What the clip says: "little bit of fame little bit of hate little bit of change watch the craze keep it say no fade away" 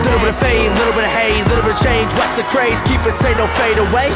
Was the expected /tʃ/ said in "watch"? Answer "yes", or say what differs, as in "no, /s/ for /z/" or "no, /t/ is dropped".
no, /s/ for /tʃ/